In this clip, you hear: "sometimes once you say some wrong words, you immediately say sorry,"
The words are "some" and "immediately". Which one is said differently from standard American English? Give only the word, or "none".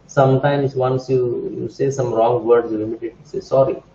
immediately